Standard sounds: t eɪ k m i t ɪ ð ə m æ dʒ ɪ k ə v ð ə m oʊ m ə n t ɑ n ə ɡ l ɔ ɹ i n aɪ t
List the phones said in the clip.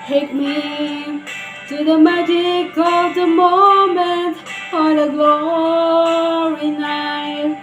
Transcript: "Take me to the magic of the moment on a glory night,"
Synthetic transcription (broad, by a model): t eɪ k m i t ɪ ð ə m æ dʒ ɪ k ə v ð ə m oʊ m ə n t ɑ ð ə ɡ l ɔ ɹ i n aɪ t